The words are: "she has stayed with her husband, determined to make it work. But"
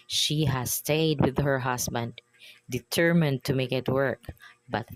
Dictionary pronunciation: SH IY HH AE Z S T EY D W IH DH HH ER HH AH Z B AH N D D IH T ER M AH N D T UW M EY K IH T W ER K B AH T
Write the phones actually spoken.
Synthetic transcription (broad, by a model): SH IY HH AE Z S T EY D W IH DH HH ER HH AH S B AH N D D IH T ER M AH N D T UW M EY K IH T W ER K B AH T